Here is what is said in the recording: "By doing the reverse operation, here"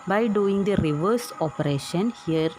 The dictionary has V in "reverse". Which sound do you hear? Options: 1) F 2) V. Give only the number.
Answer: 2